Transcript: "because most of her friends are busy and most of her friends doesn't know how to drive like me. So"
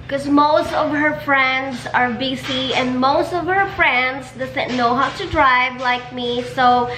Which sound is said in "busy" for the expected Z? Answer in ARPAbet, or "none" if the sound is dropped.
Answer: S